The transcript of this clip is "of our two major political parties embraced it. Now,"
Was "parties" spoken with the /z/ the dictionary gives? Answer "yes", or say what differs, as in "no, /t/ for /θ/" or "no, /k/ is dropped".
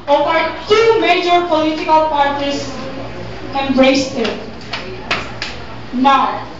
no, /s/ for /z/